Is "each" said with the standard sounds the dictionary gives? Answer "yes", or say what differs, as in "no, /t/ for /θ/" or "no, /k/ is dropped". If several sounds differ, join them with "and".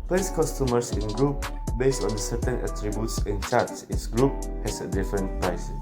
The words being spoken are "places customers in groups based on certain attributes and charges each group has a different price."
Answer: no, /s/ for /tʃ/